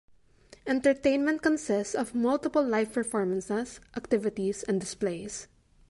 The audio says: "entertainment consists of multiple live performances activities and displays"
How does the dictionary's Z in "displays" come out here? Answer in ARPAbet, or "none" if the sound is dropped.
S